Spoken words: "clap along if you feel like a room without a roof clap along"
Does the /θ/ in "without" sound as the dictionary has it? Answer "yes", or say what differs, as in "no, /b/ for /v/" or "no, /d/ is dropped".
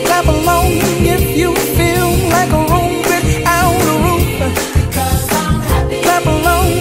no, /s/ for /θ/